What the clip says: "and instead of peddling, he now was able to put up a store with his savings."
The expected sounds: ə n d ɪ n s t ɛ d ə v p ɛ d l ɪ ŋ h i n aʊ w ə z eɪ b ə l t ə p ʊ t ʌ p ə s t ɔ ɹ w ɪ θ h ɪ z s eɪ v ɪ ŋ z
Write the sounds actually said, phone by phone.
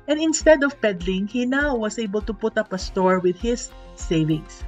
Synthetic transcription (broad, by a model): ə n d ɪ n s t ɛ d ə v p ɛ d l ɪ ŋ h i n aʊ w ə s eɪ b ə l t ə p ʊ t ʌ p ə s t ɔ ɹ w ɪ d h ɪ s eɪ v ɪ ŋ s